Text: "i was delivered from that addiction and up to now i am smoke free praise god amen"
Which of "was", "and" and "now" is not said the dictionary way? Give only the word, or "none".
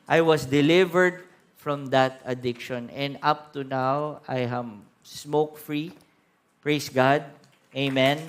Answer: was